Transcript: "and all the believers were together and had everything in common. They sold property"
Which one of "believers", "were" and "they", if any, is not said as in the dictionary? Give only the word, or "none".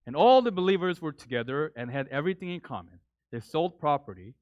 none